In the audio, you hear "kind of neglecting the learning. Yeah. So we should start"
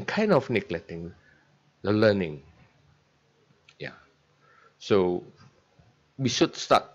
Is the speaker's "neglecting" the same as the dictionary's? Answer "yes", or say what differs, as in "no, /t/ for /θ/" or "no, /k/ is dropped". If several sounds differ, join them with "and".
no, /k/ is dropped